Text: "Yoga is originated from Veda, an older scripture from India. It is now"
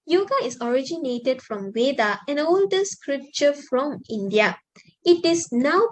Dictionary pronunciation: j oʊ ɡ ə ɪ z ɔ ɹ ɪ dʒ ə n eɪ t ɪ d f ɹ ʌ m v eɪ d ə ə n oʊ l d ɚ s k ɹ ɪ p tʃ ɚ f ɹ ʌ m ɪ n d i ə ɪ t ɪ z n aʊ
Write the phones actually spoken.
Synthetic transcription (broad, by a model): j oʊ ɡ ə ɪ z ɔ ɹ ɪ dʒ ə n eɪ t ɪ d f ɹ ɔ m w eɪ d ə ə n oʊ l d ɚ s k ɹ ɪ p tʃ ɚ f ɹ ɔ m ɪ n d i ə ɪ t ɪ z n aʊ